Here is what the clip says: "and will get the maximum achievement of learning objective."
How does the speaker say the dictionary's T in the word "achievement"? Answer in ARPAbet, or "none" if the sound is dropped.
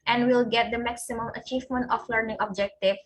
T